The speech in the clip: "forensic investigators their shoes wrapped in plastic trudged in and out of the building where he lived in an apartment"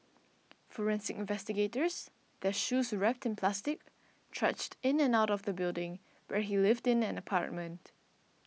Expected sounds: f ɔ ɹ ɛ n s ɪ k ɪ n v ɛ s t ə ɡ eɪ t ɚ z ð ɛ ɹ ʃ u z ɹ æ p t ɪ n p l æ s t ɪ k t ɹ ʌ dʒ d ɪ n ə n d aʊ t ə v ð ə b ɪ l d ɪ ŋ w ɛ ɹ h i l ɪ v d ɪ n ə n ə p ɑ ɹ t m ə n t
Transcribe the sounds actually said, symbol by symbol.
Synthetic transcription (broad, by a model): f ɔ ɹ ɛ n s ɪ k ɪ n v ɛ s t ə ɡ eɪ t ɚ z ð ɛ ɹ ʃ u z ɹ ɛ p t ɪ n p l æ s t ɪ k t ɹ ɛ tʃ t ɪ n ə n aʊ t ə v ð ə b ɪ l d ɪ ŋ w ɛ ɹ h i l ɪ v d ɪ n ə n ə p ɑ ɹ t m ə n t